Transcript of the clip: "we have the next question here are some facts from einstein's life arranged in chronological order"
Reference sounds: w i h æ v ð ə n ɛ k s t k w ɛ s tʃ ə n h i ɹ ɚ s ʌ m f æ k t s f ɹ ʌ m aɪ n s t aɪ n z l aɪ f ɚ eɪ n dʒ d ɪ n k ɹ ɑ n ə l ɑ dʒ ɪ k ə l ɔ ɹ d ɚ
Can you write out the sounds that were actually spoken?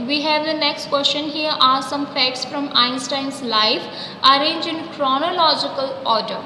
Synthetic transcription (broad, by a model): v i h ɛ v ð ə n ɛ k s t k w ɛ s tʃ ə n h i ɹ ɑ s ʌ m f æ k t s f ɹ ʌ m aɪ n s t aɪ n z l aɪ f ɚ eɪ n dʒ ɪ n k ɹ ɑ n ə l ɑ dʒ ɪ k ə l ɔ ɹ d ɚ